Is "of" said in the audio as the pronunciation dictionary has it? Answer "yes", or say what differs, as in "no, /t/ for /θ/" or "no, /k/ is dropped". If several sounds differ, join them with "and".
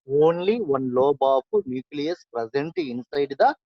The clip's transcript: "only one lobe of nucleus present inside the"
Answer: no, /p/ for /v/